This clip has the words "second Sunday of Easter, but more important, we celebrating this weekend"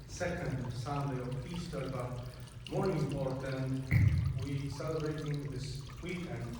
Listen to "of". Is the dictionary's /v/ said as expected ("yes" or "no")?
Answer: no